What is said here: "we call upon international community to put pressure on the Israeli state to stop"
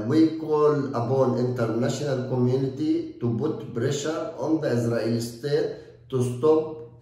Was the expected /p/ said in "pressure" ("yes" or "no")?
no